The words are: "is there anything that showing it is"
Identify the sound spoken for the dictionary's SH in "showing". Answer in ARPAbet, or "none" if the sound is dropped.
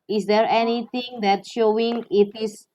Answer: SH